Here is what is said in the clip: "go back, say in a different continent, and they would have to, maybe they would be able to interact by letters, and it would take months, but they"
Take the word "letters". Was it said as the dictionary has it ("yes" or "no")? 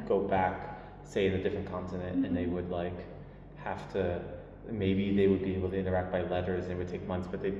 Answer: yes